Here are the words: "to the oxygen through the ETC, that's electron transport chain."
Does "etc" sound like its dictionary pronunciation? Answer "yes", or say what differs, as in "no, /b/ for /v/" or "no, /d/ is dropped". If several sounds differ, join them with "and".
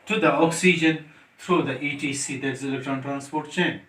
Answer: no, /s/ is dropped